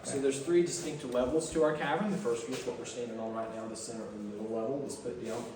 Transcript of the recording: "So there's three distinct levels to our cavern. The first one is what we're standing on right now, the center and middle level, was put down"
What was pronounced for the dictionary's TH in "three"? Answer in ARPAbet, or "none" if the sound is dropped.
TH